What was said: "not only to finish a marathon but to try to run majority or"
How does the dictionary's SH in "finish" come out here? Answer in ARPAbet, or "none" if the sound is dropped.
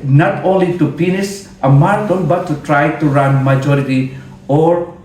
S